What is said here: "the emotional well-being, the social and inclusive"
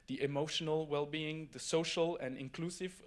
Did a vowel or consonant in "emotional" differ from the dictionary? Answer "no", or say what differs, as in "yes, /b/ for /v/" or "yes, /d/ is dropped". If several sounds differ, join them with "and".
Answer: no